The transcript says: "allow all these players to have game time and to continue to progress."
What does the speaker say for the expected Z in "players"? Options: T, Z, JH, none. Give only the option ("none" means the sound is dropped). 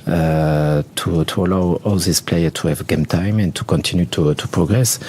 none